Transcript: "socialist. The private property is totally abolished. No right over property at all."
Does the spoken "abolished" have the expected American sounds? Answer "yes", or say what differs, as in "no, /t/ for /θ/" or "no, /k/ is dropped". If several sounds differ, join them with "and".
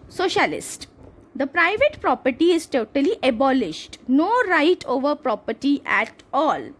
yes